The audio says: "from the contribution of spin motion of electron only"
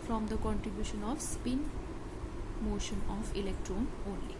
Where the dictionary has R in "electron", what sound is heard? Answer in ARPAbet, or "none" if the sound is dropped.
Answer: R